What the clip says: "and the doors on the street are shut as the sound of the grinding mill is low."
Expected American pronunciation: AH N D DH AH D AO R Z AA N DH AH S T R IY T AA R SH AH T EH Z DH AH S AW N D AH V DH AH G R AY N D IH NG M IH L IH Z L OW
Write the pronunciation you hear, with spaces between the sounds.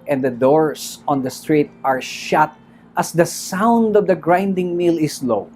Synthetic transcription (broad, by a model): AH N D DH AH D AO R S AA N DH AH S T R IY T AA R SH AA T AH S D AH S AW N D AH V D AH G R AY N D IH NG M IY L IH S L OW